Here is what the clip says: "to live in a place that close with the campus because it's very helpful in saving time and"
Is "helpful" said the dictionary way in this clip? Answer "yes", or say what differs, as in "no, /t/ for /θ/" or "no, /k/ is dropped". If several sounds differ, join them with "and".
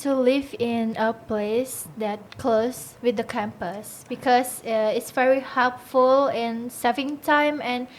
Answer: yes